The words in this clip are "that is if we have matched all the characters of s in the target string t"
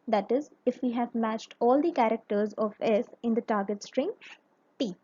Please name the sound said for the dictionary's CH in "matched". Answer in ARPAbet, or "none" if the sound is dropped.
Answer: CH